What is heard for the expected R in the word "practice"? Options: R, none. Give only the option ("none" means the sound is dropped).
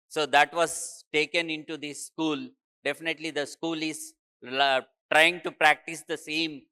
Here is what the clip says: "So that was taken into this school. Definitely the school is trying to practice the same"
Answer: R